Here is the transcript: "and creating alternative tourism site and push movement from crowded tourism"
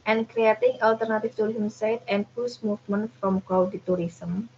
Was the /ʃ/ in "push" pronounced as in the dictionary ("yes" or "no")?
no